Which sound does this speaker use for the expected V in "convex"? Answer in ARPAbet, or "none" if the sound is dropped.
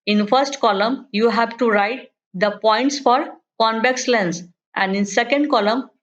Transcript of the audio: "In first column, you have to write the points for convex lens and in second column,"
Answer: B